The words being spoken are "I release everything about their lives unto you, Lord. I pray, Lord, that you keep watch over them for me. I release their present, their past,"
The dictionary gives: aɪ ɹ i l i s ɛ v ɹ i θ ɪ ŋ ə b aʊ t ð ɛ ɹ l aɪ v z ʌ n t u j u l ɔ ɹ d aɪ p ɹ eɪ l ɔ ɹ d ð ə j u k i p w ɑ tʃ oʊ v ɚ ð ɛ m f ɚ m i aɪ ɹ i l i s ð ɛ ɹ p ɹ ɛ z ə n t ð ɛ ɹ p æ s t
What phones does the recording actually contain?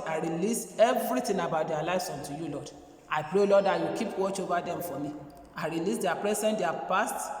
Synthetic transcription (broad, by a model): aɪ ɹ i l i s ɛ v ɹ i t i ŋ ə b aʊ t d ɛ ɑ l aɪ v s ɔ n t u j u l ɔ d aɪ p ɹ eɪ l ɔ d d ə j u k i p w ɑ tʃ oʊ v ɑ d ɛ m f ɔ m i aɪ ɹ i l i s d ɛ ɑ p ɹ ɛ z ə n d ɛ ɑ p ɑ s t